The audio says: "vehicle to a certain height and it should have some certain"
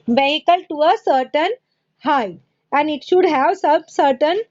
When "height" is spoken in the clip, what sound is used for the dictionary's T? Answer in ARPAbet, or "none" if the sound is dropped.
none